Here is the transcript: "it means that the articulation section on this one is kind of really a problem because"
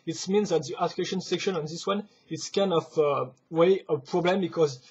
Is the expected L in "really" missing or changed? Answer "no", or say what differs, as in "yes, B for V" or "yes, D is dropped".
yes, W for L